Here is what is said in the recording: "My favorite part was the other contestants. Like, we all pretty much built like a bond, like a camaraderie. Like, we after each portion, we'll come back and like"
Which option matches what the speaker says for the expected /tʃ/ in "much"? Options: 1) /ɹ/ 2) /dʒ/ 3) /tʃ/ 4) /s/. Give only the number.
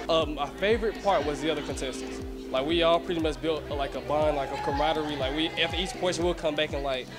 4